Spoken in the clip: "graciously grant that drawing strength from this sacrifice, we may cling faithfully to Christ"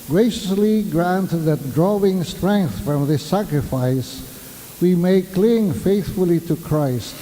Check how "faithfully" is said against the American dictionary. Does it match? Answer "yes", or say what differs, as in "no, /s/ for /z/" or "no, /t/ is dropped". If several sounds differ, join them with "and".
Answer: yes